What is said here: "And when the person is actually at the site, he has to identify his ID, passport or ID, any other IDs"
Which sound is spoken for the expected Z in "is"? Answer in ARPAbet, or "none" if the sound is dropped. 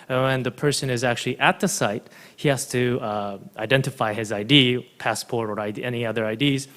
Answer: Z